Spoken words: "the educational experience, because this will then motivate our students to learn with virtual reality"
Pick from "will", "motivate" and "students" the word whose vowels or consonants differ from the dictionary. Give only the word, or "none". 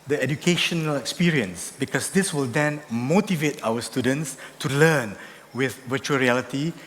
none